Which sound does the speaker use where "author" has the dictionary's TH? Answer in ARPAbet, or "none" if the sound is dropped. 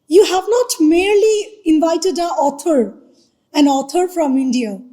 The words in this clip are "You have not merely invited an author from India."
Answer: T